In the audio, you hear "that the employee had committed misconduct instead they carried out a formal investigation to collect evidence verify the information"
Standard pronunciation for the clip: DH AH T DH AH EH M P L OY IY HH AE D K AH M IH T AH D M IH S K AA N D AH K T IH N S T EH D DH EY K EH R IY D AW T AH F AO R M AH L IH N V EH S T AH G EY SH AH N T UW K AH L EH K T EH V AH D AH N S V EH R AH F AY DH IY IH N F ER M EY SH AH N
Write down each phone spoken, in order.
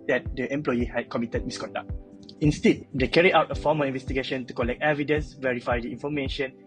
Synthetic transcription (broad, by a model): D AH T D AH EH M P L OY IY HH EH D K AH M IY T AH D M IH S K AA N D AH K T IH N S T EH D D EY K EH R IY AW T AH F AO M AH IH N V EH S T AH G EY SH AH N T UW K AH L EH K T EH V AH D AH N S V EH R AH F AY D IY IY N F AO M EY SH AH N